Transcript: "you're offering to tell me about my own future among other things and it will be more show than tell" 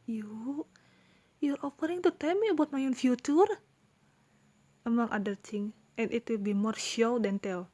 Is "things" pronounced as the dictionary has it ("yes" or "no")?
no